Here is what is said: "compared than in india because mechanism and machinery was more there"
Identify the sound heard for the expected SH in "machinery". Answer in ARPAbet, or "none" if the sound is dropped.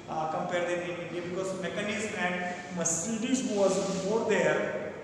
S